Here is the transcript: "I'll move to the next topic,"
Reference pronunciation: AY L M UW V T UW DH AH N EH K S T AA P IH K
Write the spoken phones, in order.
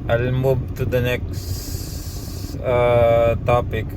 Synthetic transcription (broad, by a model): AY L M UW B T UW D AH N EH K S T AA P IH K